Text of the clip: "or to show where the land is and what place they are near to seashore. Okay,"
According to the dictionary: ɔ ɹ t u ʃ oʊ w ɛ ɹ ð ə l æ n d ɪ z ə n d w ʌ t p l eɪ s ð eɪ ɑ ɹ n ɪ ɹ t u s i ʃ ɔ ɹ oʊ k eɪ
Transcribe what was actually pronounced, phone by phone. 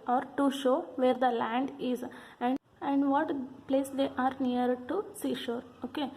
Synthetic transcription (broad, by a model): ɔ ɹ t u ʃ oʊ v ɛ ɹ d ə l æ n d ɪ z ə n d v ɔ t p l eɪ s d eɪ ɑ ɹ n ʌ ɹ t u s i ʃ ɔ ɹ oʊ k eɪ